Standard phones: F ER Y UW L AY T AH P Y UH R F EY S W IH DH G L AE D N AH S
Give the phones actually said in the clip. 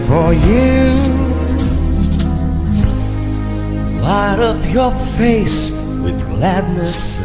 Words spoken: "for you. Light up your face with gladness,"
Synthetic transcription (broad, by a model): F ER Y UW L AY T AH P Y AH R F EY S W IH DH G L AE D N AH S